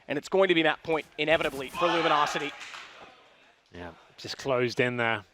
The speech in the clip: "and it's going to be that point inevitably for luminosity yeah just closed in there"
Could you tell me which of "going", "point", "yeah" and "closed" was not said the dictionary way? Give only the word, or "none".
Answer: none